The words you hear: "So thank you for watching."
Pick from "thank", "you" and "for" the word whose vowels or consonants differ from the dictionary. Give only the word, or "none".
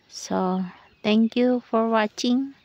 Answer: thank